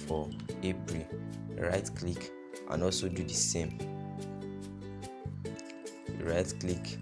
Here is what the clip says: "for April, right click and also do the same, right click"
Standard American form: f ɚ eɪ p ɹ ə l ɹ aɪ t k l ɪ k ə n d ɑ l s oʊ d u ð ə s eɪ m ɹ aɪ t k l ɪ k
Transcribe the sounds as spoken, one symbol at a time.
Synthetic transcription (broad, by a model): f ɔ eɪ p ɹ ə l ɹ aɪ t k l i k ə n ɑ l s oʊ d u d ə s eɪ m ɹ aɪ t k l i k